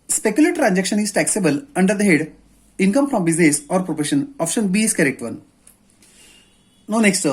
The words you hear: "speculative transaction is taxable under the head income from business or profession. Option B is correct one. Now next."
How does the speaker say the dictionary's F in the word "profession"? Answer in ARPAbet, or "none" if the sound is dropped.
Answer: P